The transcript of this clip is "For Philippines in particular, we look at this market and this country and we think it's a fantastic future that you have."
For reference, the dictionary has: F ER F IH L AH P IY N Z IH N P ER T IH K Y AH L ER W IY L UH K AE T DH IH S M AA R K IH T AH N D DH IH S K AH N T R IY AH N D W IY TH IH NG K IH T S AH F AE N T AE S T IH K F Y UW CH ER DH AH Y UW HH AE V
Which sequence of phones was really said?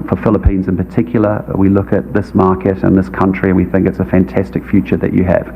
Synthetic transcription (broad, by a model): F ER F IH L AH P IY N Z IH N P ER T IH K Y L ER W IY L UH K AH T DH IH S M AA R K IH T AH N DH IH S K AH N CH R IY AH N W IY TH IH NG K IH T S AH F AE N T AE S T IH K F Y UW CH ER DH AH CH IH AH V